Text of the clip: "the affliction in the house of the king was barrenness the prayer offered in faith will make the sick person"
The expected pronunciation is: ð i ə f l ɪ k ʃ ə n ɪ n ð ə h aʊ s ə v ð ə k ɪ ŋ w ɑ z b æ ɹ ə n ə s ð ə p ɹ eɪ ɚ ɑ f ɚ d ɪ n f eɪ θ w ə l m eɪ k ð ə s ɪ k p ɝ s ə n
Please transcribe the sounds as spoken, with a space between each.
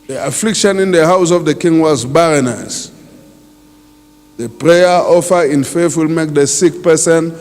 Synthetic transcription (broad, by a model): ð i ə f l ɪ k ʃ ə n ɪ n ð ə h aʊ s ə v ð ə k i ŋ w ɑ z b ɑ ɹ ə n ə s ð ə p ɹ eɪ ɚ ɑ f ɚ ɪ n f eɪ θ w ə l m eɪ k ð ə s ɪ k p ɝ s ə n